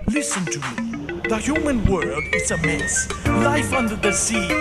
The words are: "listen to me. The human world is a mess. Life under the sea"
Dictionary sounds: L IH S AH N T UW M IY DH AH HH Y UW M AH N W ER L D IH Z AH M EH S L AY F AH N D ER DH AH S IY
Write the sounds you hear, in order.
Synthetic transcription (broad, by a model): L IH S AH N T UW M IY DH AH HH Y UW M AH N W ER D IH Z AH M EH S L AY F AH N D ER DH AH S IY